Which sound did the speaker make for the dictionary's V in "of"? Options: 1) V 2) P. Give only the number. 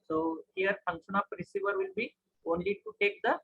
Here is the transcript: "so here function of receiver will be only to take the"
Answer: 2